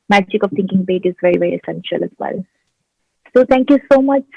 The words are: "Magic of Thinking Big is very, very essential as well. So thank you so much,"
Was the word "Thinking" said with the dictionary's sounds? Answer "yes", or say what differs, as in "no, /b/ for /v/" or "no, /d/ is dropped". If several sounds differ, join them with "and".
no, /t/ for /θ/